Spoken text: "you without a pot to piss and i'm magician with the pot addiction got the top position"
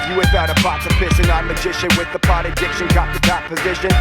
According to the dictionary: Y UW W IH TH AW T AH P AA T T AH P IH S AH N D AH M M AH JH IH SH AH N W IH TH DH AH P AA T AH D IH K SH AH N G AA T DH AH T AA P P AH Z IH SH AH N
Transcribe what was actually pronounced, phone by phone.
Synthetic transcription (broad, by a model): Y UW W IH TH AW T AH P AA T S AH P IH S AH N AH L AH JH IH SH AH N W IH DH AH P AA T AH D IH K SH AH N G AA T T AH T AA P P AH Z IH SH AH N